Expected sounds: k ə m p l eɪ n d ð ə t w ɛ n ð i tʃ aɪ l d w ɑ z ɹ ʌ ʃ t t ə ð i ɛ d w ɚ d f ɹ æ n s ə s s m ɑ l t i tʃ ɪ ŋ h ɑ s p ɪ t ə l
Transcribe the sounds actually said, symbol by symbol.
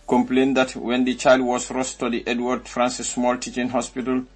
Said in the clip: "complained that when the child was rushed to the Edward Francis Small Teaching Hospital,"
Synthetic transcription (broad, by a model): k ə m p l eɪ n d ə t w ɛ n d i tʃ aɪ l d w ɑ s ɹ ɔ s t t ə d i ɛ d w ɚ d f ɹ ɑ n s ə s s m ɑ l t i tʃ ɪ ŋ h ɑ s p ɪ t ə l